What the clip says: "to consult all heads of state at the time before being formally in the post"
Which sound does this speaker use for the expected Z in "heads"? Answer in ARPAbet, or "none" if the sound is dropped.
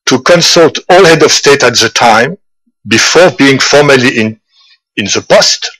none